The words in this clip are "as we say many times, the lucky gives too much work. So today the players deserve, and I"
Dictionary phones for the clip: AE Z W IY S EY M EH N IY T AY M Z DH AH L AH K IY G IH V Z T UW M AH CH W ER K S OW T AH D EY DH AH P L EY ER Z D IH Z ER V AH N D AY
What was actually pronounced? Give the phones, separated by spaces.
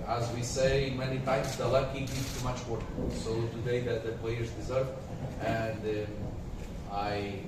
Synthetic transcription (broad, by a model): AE Z W IY S EY M EH N IY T AY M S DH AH L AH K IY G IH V T UW M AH CH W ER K S OW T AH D EY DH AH P L EY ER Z D IH Z ER V AH N D AY